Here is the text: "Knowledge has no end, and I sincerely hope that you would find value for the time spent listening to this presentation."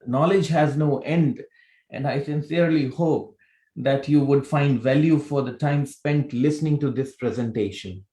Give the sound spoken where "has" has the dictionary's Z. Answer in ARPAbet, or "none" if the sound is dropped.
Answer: Z